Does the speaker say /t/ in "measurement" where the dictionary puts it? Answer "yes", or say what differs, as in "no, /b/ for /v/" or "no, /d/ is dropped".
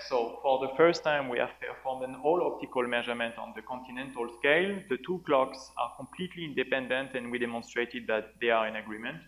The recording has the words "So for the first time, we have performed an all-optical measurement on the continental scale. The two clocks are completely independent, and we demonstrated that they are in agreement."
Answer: yes